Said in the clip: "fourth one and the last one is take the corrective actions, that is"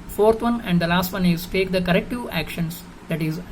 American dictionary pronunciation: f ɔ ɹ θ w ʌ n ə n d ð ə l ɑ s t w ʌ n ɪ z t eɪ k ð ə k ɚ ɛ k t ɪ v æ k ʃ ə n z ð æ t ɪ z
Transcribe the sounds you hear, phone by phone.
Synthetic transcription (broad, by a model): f ɔ ɹ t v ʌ n ə n d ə l ɑ s t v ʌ n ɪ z t eɪ k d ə k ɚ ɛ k t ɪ æ k ʃ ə n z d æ t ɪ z